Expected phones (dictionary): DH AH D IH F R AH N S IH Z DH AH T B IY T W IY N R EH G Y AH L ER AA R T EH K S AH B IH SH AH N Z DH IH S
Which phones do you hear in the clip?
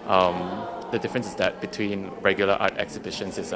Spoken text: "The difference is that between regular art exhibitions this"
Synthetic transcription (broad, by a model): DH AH D IH F R AH N S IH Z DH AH T B IY T W IY N R EH G Y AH L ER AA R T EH K S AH B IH SH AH N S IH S